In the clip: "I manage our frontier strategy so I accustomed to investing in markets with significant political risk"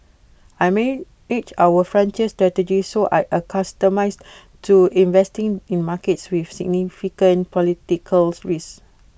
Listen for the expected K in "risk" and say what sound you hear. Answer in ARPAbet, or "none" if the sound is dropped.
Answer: none